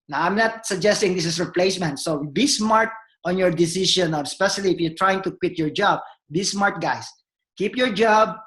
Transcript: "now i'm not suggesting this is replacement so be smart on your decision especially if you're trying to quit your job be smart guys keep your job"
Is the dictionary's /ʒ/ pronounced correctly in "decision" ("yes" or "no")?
no